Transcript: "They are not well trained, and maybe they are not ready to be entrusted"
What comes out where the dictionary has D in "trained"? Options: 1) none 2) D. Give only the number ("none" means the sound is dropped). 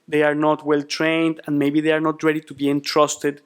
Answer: 2